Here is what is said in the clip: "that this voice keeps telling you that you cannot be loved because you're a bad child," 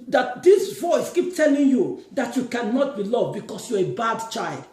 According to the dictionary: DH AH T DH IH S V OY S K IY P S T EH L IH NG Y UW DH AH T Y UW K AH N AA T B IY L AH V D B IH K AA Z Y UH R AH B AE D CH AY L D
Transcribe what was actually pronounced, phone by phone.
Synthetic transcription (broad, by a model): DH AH T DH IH S V OY S K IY P T EH L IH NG Y UW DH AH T Y UW K AH N AA T B IY L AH V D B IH K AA S Y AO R AH B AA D CH AY L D